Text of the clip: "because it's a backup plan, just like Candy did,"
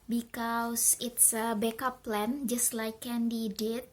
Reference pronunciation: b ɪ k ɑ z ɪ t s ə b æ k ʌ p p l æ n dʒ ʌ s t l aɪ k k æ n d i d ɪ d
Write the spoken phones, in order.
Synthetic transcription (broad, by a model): b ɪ k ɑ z ɪ t s ə b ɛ k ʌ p p l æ n dʒ ʌ s t l aɪ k k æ n d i d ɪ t